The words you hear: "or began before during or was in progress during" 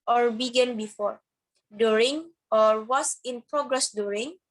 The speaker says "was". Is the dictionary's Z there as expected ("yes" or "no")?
no